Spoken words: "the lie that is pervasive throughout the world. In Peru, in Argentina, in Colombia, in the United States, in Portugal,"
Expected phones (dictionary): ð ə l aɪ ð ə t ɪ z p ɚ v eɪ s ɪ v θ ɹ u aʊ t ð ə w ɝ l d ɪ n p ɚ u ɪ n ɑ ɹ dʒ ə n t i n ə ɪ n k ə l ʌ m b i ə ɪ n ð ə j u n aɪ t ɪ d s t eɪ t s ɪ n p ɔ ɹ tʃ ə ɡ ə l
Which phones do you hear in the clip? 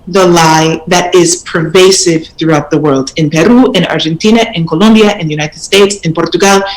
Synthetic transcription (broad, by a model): ð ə l aɪ ð ə t ɪ z p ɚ v eɪ s ɪ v θ ɹ u aʊ t ð ə w ɝ l d ɪ n p ɚ u ɪ n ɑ ɹ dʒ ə n t i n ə ɪ n k ə l ʌ m b i ə ɪ n ð ə j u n aɪ t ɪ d s t eɪ t s ɪ n p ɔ ɹ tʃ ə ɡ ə l